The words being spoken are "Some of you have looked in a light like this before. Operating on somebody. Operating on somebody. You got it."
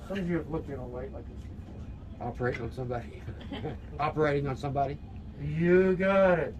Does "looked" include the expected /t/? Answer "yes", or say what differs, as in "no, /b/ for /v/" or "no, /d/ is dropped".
no, /t/ is dropped